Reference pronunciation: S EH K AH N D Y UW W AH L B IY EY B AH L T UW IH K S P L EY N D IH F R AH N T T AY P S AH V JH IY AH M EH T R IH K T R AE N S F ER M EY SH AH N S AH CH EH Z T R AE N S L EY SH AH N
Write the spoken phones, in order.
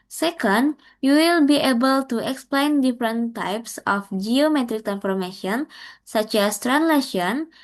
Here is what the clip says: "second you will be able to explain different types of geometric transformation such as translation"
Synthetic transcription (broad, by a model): S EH K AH N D Y UW W AH L B IY EY B AH L T UW IH K S P L EY N D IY F R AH N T T AY P S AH F JH IY AH M EH T R IH K T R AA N F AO M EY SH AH N S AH CH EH S T R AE N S L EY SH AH N